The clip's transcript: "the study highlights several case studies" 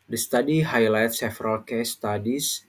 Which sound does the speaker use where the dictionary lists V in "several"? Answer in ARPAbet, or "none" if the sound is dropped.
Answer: F